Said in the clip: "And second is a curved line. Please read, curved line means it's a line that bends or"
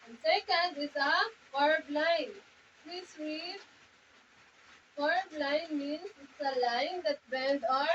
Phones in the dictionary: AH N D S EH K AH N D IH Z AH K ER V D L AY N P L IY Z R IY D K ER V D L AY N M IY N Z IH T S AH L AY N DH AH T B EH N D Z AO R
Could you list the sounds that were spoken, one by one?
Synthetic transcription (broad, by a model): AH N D S EH K AH N D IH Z AH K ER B L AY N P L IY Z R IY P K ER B L AY N M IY N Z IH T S AH L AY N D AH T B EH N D AO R